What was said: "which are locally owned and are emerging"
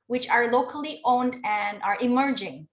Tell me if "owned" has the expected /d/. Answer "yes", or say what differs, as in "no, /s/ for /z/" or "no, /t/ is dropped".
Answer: yes